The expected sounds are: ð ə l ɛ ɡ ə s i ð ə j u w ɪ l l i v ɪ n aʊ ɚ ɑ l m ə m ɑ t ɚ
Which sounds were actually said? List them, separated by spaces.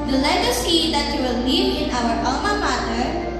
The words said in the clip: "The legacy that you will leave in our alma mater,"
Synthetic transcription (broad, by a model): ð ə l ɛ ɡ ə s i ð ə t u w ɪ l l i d ɪ n aʊ ɚ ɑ m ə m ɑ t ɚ